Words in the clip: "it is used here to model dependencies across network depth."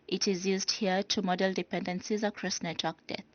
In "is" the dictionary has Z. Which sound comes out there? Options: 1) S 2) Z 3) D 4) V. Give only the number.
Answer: 2